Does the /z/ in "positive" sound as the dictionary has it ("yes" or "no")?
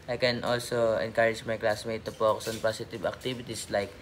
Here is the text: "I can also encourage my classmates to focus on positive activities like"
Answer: no